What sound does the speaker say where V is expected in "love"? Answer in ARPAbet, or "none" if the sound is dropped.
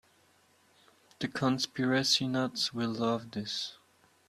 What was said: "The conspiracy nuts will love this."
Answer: V